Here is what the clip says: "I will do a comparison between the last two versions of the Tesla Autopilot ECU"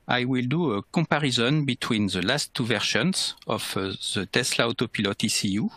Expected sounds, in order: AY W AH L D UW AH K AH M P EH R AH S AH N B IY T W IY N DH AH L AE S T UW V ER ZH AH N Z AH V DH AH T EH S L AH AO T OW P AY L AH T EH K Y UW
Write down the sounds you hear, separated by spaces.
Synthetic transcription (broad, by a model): AY W AH L D UW AH K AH P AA R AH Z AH N B IY T W IY N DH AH L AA S T UW V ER SH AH N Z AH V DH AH T EH S L AH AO T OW P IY L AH T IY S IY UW